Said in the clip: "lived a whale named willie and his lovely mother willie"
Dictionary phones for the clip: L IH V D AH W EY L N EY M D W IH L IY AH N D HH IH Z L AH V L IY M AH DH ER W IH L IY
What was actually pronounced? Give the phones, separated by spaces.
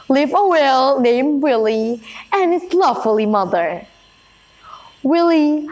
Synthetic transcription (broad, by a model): L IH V AH W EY L N EY M D W IH L IY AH N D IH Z L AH F L IY M AH DH ER W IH L IY